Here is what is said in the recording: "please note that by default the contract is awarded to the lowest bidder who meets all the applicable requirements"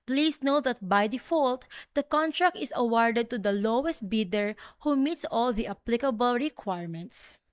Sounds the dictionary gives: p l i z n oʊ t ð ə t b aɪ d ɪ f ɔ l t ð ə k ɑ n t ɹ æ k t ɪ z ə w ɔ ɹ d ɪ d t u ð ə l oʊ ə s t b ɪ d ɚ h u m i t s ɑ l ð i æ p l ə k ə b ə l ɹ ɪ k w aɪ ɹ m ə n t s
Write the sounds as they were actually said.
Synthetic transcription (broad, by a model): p l i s n oʊ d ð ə t b aɪ d ɪ f ɔ l t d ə k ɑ n t ɹ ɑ k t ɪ s ə w ɔ ɹ d ɪ d t u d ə l oʊ ə s t b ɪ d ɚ h u m i t s ɑ l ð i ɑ p l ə k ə b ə l ɹ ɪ k w aɪ ɹ m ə n t s